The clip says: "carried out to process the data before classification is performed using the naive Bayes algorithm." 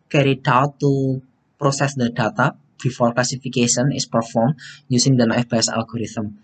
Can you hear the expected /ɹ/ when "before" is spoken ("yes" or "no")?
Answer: no